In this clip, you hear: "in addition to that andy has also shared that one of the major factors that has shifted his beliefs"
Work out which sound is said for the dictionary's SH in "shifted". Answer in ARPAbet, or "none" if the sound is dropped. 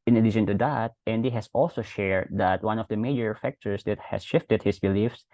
SH